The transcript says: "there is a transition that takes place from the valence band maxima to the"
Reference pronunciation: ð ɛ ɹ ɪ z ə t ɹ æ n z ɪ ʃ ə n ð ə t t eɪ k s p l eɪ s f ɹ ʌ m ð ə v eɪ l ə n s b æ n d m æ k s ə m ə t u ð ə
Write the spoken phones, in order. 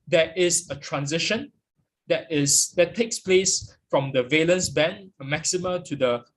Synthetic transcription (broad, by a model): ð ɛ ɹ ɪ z ə t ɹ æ n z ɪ ʃ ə n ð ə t t eɪ k s p l eɪ s f ɹ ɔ m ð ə v eɪ l ə n s b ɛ n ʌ m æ k s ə m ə t u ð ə